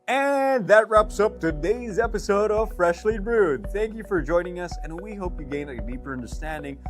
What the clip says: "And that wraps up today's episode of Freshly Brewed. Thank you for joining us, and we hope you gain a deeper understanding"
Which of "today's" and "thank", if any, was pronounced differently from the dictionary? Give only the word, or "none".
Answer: none